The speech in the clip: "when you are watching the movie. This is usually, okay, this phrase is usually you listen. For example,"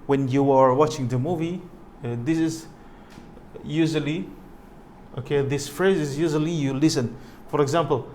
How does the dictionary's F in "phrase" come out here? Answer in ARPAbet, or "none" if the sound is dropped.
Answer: F